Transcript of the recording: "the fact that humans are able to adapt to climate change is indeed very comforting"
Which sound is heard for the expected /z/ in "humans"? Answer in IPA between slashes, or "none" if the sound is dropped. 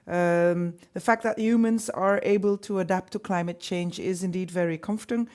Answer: /z/